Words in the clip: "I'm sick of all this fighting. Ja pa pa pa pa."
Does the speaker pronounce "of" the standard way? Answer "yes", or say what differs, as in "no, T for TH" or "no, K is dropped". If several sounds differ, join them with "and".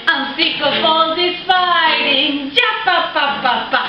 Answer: no, F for V